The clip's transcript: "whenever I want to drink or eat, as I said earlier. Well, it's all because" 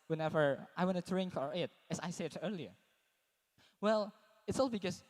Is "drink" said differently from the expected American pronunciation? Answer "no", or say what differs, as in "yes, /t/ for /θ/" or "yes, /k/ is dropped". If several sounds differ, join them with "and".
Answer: no